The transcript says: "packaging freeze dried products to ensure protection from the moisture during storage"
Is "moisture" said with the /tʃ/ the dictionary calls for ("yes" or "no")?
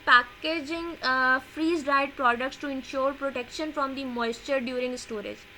yes